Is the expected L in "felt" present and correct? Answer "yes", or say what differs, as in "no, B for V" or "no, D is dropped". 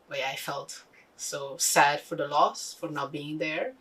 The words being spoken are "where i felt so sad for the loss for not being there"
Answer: yes